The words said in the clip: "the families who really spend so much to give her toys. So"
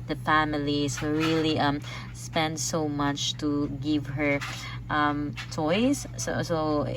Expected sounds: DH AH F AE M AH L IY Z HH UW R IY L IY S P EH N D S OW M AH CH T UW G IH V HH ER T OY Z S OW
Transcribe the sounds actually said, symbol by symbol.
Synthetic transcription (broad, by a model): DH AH F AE M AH L IY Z HH UW R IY L IY S P EH N D S OW M AH CH T UW G IH V HH ER T OY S S OW